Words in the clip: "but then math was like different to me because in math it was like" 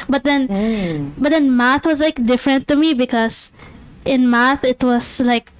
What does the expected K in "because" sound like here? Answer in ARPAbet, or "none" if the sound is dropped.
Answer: K